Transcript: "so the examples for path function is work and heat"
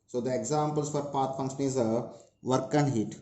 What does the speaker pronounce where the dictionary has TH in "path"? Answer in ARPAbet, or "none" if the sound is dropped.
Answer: T